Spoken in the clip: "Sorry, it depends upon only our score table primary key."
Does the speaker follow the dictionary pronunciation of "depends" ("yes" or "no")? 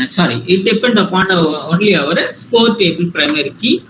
no